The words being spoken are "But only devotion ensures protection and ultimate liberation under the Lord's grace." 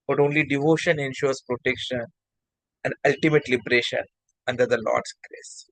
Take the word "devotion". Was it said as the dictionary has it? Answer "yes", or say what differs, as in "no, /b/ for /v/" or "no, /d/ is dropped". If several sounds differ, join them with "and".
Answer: yes